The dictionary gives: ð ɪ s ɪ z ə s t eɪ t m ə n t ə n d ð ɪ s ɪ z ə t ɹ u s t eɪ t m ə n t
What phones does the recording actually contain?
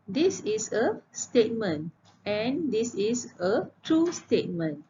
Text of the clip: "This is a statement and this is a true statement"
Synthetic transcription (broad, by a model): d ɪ s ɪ s ə s t eɪ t m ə n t ə n d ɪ s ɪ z ə t ɹ u s t eɪ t m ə n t